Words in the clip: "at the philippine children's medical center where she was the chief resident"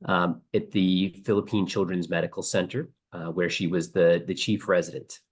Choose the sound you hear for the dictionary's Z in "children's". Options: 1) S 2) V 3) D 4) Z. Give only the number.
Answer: 4